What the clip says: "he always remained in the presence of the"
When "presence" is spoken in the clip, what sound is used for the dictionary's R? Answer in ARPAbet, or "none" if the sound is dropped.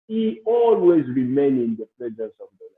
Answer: L